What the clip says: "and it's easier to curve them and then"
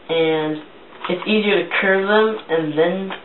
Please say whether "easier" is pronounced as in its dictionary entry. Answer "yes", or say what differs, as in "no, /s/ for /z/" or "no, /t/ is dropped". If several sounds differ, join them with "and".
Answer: yes